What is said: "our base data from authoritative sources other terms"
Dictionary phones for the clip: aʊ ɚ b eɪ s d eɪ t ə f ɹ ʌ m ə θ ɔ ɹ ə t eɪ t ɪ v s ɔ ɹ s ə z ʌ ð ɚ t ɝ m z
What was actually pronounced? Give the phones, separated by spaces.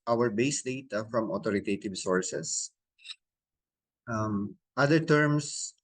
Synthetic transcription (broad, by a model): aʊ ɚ b eɪ s d eɪ t ə f ɹ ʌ m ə t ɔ ɹ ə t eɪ t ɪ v s ɔ ɹ s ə s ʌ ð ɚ t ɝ m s